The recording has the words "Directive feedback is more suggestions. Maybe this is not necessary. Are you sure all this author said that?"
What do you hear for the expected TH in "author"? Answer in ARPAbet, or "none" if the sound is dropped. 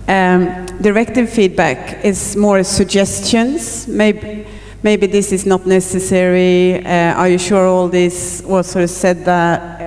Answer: S